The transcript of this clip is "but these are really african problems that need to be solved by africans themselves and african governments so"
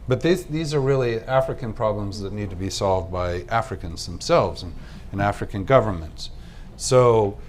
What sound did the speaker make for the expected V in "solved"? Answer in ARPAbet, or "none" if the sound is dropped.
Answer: V